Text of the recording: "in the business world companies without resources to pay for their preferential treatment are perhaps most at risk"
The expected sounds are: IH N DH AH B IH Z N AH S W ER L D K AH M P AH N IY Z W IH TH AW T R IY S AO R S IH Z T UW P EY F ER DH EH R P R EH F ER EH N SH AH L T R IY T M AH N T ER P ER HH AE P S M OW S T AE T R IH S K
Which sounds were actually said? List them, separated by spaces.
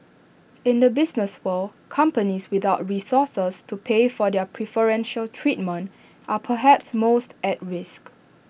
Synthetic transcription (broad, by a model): IH N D AH B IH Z N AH S W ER L K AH M P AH N IY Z W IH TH AW T R IY S AO S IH S T UW P EY F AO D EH P R EH F ER EH N SH AH L T R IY T M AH N T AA P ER HH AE P S M OW S T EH T R IH S K